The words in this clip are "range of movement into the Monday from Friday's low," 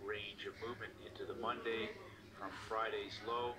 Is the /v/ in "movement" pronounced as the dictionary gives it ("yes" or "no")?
yes